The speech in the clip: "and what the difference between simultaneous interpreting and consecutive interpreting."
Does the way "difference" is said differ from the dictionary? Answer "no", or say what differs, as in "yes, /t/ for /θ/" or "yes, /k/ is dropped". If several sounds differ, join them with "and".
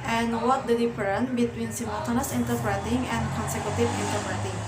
yes, /s/ is dropped